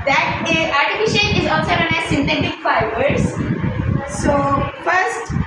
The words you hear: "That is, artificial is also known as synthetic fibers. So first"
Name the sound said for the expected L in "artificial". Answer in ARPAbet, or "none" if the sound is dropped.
N